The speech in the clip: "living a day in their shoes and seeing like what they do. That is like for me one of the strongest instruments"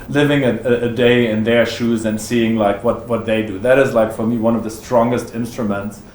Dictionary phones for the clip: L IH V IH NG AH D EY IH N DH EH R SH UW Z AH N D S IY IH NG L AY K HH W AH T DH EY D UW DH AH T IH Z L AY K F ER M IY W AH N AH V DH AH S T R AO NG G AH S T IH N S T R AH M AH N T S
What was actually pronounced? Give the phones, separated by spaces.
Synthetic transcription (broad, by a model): L IH V IH NG AH D EY IH N DH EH R SH UW Z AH N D S IY IH NG L AY K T W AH T DH EY D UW DH AH T IH Z L AY K F ER M IY W AH N AH V DH AH S T R AO NG G AH S T IH N S T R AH M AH N T S